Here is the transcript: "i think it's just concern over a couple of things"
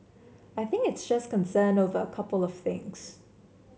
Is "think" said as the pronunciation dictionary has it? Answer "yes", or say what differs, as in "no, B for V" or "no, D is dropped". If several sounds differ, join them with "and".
yes